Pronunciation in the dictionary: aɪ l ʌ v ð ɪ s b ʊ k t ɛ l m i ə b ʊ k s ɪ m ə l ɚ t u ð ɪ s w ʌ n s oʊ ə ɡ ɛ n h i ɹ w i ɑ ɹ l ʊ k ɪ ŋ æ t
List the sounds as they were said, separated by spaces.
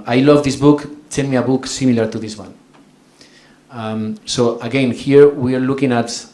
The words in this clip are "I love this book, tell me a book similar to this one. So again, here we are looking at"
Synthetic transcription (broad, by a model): aɪ l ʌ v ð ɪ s b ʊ k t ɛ n m i ə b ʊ k s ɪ m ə l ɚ t u ð ɪ s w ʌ n s oʊ ə ɡ ɛ n h i ɹ w i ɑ ɹ l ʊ k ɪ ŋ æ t